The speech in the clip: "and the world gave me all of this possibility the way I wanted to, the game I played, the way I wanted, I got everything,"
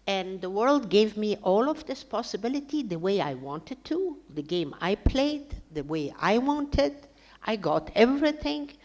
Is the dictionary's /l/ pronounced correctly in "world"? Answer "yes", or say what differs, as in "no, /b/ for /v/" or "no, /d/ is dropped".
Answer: yes